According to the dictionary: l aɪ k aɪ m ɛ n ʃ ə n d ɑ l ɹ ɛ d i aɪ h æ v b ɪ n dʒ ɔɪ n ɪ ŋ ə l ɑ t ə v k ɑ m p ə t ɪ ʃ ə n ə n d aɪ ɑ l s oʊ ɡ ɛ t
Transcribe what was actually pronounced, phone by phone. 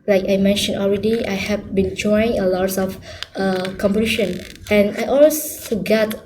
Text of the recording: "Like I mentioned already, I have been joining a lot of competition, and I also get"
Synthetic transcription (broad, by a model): l aɪ k aɪ m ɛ n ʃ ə n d ɑ l ɹ ɛ d i aɪ h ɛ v b ɪ n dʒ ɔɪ ɪ ŋ ə l ɑ t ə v k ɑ m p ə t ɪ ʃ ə n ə n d aɪ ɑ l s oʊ ɡ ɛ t